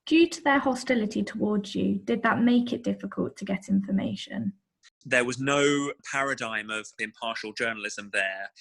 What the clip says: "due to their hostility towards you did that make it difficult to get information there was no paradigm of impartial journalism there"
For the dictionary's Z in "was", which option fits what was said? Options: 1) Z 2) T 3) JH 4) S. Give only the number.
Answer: 1